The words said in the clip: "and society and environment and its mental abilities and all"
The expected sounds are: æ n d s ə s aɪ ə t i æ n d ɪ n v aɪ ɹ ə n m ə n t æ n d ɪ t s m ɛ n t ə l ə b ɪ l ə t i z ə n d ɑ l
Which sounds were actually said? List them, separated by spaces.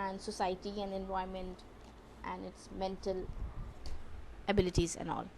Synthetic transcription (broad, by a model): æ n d s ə s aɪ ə t i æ n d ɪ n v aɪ ə m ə n t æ n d ɪ t s m ɛ n t ə l ə b ɪ l ə t i z ə n d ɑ l